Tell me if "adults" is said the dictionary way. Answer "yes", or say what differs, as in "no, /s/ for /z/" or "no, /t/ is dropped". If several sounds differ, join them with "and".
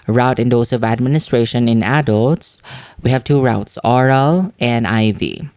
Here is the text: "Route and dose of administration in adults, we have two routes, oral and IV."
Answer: yes